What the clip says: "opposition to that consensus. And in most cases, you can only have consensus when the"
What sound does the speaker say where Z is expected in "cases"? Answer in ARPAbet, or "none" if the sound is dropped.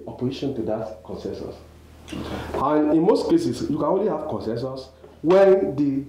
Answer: S